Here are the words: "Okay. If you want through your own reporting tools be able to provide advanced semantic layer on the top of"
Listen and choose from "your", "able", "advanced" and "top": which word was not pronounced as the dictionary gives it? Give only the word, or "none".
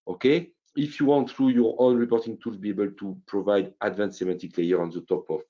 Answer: advanced